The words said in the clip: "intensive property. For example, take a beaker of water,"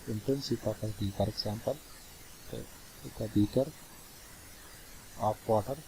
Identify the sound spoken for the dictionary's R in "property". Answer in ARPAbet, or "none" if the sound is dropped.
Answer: none